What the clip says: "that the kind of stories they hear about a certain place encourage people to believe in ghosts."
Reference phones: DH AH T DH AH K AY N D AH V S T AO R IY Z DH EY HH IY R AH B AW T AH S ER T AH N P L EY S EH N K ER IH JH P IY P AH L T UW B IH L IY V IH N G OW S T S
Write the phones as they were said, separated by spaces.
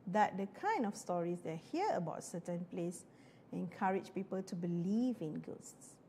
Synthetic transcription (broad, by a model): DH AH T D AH K AY N D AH F S T AO R IY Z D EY HH IY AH AH B AW T S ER T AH N P L EY S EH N K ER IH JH P IY P AH L T UW B IH L IY V IH N G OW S T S